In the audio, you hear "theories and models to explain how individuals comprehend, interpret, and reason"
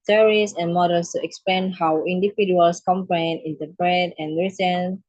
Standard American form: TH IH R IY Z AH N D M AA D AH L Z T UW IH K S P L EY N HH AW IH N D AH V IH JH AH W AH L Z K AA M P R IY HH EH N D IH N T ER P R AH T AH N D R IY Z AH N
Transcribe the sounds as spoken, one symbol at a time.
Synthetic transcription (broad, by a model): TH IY R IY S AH N M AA D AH L S T UW IH K S P L EY N HH AW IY N D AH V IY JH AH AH L S K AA M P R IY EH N IH N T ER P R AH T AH N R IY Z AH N